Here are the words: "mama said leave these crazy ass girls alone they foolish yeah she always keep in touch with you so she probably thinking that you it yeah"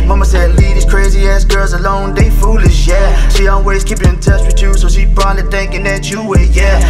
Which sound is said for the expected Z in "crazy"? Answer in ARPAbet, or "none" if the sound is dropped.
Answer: Z